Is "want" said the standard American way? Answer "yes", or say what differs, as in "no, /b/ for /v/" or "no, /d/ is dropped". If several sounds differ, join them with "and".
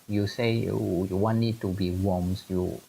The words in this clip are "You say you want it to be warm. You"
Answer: no, /t/ is dropped